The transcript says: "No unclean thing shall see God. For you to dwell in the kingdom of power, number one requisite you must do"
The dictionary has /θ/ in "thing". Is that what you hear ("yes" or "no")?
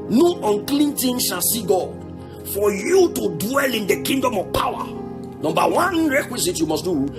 no